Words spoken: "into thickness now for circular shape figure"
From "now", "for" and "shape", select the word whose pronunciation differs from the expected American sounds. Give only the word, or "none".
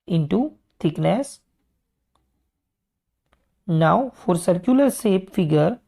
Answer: shape